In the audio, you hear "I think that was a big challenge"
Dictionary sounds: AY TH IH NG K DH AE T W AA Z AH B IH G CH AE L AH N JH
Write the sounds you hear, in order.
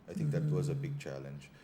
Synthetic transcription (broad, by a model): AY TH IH NG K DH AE T W AA Z AH B IH G CH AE L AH N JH